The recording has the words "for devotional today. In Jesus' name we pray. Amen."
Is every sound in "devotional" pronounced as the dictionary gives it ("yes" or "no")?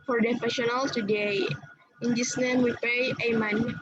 no